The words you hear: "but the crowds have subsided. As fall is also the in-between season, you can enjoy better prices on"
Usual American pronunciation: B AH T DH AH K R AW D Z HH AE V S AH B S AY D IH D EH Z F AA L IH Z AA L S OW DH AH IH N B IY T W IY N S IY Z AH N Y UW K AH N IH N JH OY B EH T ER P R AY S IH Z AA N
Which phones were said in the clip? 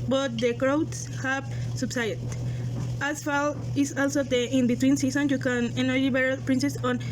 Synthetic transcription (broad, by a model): B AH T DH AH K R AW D S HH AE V S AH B S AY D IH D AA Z F AA L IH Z AA L S OW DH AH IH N B IY T W IY N S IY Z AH N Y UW K AH N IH N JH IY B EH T P R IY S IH S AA N